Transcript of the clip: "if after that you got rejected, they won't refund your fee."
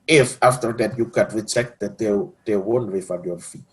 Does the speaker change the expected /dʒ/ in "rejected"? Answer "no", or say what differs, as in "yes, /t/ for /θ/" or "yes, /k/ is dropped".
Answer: yes, /tʃ/ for /dʒ/